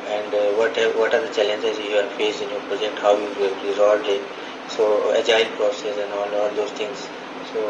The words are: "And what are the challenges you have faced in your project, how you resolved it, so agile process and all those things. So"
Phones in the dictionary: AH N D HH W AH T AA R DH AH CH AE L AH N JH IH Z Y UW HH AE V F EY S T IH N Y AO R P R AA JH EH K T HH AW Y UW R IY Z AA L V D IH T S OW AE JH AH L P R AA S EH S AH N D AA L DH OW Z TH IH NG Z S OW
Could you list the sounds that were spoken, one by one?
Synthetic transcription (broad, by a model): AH N D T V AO T AA R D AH CH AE L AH N JH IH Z Y UW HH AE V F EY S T IH N Y AO R P R AA JH EH K T HH AW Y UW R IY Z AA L D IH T S OW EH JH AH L P R AA S EH S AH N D AA L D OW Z T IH NG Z S OW